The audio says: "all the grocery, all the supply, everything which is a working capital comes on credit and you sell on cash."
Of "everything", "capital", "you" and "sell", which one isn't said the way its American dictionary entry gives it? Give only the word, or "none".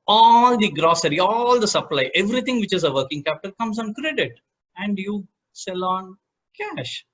everything